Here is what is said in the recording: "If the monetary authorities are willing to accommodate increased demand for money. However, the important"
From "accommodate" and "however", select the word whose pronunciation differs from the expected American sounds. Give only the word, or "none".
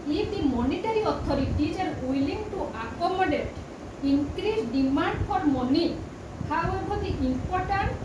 however